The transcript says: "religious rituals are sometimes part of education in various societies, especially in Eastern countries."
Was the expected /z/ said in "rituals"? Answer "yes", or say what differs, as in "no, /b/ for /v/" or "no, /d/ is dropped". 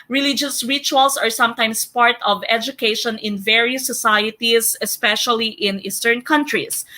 no, /s/ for /z/